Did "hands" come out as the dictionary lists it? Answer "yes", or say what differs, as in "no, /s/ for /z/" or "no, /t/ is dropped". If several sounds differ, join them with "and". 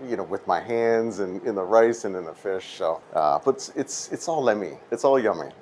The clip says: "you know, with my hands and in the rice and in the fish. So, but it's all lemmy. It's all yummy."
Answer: yes